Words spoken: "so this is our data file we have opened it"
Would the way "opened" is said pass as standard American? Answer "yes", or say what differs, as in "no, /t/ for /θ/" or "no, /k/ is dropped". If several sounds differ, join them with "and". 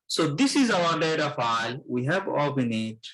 no, /d/ is dropped